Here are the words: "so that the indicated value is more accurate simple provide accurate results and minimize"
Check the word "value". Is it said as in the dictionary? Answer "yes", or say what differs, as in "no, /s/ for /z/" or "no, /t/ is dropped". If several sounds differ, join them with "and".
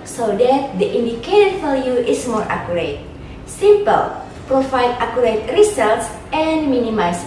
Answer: no, /l/ is dropped